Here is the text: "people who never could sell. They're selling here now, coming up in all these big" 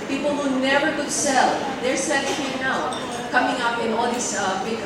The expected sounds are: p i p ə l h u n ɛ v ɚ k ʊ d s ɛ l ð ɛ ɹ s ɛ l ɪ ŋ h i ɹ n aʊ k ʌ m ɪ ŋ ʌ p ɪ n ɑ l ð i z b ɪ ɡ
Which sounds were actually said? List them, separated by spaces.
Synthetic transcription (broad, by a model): p i p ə l h u n ɛ v ɚ k ʊ d s ɛ l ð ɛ ɹ s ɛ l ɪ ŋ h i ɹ n aʊ k ʌ m ɪ ŋ ʌ p ɪ n ɑ l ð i s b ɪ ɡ